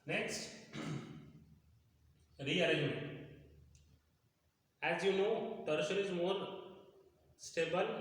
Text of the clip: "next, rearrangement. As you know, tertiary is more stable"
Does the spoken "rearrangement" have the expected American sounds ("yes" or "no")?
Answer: no